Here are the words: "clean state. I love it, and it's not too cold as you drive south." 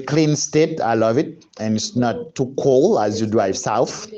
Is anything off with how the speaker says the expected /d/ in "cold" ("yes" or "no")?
yes